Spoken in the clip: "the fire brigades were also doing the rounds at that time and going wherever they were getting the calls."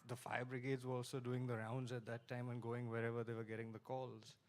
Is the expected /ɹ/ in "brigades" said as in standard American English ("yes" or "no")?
yes